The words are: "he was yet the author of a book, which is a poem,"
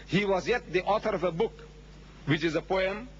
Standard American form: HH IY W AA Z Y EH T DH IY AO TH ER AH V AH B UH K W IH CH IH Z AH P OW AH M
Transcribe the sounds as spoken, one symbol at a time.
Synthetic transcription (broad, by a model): HH IY W AA Z Y EH T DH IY AO TH ER AH V AH B UH K W IH CH IH Z AH P OW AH M